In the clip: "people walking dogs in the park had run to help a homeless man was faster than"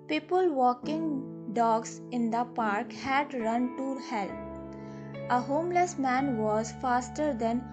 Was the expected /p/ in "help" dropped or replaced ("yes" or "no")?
yes